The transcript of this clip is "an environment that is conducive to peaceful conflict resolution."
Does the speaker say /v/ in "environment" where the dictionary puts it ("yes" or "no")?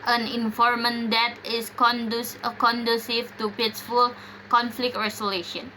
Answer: no